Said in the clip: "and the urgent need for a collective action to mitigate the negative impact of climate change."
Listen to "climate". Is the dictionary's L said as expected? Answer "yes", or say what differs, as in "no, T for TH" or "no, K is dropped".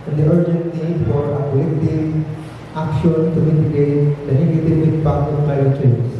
no, L is dropped